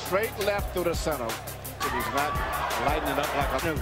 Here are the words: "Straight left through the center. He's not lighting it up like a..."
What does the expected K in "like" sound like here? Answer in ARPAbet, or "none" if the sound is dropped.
K